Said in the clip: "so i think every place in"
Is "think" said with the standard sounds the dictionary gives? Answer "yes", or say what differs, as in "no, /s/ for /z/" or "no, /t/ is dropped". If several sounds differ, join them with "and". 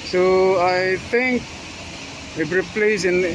no, /t/ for /θ/